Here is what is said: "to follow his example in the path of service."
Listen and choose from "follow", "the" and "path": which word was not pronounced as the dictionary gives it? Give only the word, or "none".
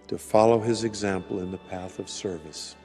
none